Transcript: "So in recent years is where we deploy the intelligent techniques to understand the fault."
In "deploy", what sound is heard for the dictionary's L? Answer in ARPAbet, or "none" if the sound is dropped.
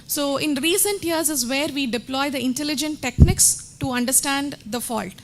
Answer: L